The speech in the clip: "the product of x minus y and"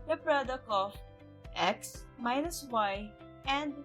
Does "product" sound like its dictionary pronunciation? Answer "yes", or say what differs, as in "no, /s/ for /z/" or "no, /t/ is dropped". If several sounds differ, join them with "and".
no, /t/ is dropped